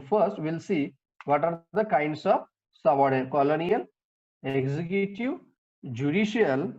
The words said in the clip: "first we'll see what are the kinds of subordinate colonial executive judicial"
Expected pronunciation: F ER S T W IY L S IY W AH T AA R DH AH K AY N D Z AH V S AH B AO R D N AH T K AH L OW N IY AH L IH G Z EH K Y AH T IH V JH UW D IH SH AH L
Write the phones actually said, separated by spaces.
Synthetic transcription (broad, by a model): F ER S T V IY L S IY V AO T AA R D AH K AY N D S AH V S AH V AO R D AH K AH L OW N IY AH L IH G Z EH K Y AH T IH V JH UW D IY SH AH L